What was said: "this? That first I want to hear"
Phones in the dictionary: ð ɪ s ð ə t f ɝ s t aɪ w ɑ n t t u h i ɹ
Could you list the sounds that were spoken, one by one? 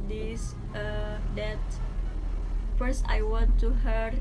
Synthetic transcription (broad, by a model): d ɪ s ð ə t f ɝ s t aɪ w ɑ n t t u h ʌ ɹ